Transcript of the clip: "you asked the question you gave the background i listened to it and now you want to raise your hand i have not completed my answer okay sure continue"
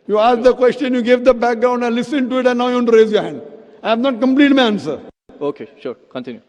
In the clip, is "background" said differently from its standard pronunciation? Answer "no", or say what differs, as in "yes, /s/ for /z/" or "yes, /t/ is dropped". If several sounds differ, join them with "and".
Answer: no